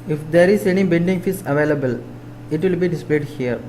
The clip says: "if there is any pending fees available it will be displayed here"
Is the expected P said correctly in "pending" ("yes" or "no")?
no